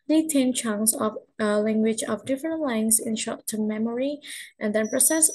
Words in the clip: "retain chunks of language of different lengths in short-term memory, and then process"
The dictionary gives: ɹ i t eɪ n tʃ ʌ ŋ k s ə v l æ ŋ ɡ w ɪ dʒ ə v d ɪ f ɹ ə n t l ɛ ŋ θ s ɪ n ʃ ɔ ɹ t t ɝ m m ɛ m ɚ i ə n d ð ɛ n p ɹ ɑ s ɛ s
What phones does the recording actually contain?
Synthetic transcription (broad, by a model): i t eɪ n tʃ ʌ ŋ s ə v l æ ŋ ɡ w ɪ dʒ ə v d ɪ f ɹ ə n t l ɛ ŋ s ɪ n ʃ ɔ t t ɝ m m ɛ m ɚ i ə n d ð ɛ n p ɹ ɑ s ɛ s